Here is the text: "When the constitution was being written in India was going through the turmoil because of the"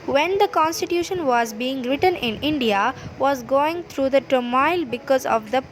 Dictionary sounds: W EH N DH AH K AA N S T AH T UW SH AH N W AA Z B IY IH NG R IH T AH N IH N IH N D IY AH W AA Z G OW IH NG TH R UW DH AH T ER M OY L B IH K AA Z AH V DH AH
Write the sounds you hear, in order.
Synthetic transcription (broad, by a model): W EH N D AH K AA N S T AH T UW SH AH N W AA Z B IY IH NG R IH T AH N IH N IH N D IY AH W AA Z G OW IH NG T R UW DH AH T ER M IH L B IH K AA Z AH V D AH